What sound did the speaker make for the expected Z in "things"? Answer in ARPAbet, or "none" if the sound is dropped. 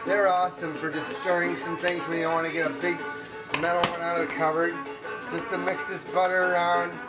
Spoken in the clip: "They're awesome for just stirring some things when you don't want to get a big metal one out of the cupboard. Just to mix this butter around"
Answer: Z